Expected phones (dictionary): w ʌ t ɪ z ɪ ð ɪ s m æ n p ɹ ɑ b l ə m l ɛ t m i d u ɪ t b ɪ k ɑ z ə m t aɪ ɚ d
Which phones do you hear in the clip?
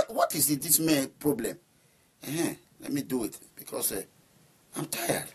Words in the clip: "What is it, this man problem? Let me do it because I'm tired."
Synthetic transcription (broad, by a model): w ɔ t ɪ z ɪ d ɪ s m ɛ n p ɹ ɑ b l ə m l ɛ t m i d u ɪ t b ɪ k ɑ s ə m t aɪ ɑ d